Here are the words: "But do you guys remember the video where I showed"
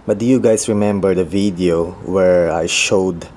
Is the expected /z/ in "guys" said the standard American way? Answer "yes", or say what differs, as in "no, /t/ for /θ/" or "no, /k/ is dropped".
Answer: no, /s/ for /z/